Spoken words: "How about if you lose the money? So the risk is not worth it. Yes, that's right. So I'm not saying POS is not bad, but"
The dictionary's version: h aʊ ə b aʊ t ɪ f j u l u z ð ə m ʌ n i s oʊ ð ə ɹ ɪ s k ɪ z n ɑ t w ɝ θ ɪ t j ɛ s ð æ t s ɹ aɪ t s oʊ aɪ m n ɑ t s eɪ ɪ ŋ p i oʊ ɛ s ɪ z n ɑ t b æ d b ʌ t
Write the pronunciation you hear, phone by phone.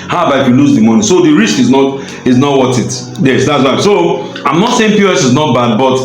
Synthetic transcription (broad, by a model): h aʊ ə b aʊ ɪ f j u l u z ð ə m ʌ n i s oʊ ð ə ɹ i s k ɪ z n ɑ t w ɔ t ɪ t j ɛ s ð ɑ t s w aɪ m s oʊ aɪ m n ɑ t s eɪ ɪ ŋ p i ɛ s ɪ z n ɑ t b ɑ d b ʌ t